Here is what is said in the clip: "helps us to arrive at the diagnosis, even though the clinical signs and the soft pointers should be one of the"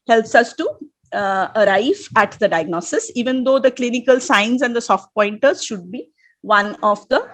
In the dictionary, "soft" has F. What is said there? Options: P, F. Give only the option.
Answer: F